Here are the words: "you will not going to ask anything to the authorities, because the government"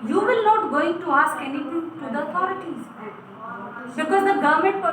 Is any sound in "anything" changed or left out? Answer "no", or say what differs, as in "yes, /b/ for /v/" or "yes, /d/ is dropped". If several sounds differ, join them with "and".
yes, /t/ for /θ/